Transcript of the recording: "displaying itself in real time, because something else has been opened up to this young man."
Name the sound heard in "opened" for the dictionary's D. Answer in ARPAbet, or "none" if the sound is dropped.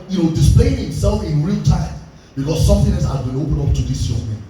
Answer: none